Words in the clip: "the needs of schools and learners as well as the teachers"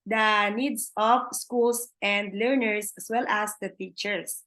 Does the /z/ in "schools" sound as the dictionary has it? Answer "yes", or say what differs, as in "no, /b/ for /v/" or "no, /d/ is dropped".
no, /s/ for /z/